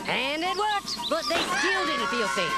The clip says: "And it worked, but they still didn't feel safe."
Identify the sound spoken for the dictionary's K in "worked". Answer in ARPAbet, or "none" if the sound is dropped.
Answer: none